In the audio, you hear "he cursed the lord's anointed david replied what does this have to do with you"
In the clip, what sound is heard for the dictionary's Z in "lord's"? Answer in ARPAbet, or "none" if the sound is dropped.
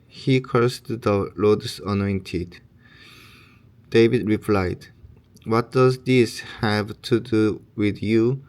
S